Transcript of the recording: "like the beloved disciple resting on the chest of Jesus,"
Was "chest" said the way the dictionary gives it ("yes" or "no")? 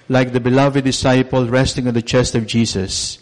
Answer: yes